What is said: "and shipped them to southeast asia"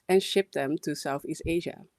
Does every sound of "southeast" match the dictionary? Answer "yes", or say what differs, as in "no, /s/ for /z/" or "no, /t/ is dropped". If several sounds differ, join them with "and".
yes